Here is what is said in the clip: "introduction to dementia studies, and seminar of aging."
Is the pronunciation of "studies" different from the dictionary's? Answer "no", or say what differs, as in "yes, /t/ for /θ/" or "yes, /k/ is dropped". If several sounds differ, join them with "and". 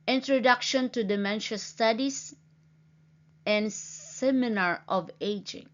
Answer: yes, /s/ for /z/